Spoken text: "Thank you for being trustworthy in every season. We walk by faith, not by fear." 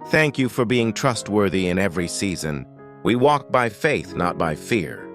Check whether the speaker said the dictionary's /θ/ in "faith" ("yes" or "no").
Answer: yes